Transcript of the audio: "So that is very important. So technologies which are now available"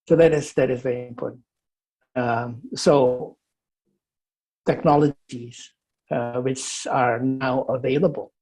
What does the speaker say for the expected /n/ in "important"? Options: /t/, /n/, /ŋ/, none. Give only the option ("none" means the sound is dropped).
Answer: none